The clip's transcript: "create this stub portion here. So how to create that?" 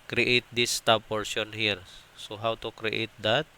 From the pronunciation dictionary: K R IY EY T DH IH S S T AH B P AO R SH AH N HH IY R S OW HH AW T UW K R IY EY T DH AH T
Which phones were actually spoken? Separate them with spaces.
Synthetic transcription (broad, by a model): K R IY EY T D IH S S T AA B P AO R S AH N HH IY R S OW HH AW T UW K R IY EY T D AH T